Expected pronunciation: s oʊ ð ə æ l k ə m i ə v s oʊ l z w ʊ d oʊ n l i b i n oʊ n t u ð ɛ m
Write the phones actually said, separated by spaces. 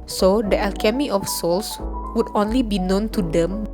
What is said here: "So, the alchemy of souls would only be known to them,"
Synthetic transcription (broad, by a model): s oʊ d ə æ l k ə m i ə f s oʊ l s w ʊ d oʊ n l i b i n oʊ n t u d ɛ m